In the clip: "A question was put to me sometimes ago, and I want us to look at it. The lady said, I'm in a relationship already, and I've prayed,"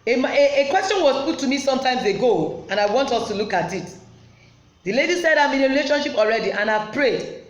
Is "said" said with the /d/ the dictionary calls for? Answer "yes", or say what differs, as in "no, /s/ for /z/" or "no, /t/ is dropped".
yes